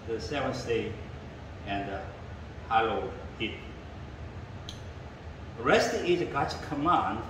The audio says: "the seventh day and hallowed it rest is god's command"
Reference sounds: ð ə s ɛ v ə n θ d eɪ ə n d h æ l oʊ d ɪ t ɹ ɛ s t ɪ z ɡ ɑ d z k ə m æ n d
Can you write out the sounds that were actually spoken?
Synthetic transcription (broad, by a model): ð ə s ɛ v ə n s d eɪ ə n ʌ h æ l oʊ ɪ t ɹ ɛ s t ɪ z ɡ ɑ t k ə m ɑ n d